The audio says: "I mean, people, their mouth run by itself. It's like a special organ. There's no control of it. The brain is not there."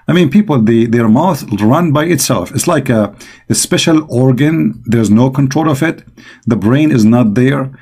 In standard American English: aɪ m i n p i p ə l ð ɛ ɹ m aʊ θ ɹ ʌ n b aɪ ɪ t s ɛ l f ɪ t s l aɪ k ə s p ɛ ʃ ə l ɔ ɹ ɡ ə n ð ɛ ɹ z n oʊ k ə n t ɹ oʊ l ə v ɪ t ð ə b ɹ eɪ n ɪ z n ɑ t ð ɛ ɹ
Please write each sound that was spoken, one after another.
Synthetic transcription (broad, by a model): aɪ m i n p i p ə l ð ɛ ɹ m aʊ θ ɹ ʌ n b aɪ ɪ t s ɛ l f ɪ t s l aɪ k ə s p ɛ ʃ ə l ɔ ɹ ɡ ə n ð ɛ ɹ z n oʊ k ə n t ɹ oʊ l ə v ɪ t ð ə b ɹ eɪ n ɪ z n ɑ t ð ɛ ɹ